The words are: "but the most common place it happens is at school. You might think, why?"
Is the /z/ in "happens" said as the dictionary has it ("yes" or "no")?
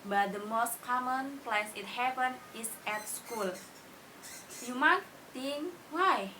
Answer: no